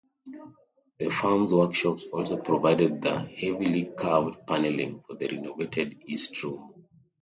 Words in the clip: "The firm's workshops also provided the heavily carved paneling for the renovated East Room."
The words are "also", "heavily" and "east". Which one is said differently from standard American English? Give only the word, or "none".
none